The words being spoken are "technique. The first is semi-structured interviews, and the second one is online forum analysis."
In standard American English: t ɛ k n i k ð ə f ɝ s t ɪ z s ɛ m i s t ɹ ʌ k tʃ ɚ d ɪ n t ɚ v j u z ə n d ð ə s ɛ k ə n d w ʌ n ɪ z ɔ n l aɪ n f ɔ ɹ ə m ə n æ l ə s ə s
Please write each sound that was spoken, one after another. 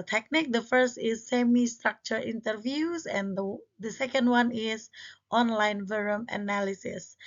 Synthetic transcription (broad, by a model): t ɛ k n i k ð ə f ɝ s t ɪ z s ɛ m i s t ɹ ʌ k tʃ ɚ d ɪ n t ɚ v j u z ə n d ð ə s ɛ k ə n d w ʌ n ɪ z ɔ n l aɪ n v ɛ ɹ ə m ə n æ l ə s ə s